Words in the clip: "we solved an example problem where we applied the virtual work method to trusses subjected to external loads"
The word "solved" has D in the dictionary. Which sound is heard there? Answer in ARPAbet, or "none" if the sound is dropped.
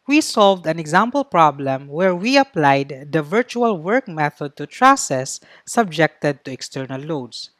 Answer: D